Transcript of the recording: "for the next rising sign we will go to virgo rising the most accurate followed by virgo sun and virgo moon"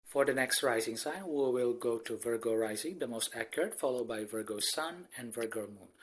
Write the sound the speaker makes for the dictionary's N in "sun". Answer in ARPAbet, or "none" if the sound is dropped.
N